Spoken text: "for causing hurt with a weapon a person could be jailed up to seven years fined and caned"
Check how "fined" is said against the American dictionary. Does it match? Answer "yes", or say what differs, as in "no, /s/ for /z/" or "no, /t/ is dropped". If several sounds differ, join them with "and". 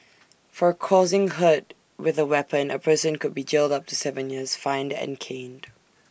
yes